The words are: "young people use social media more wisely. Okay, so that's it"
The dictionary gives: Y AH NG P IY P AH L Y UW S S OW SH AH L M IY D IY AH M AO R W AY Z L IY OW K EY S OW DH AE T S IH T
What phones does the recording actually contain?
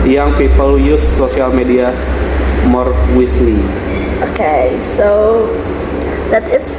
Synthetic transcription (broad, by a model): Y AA NG P IY P AH L Y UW S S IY AH L M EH D IY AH M AO R W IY S L IY OW K EY S OW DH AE T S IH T